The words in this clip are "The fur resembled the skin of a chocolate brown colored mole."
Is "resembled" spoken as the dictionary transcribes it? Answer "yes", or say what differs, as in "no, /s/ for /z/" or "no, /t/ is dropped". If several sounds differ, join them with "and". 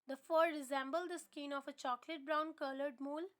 yes